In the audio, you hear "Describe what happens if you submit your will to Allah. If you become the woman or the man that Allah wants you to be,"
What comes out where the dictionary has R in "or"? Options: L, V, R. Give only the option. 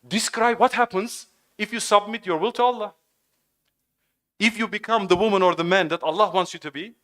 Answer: R